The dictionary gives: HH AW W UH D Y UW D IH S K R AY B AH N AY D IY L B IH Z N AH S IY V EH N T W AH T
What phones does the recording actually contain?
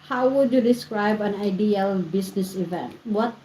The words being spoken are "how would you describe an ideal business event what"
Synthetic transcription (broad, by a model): HH AW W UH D Y UW D IH S K R AY B AH N AY D IY L B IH S N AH S IY V EH N T W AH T